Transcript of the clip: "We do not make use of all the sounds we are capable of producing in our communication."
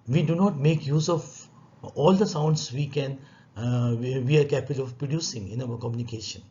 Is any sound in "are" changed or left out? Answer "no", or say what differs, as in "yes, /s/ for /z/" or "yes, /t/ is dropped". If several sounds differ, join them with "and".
yes, /w/ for /ɹ/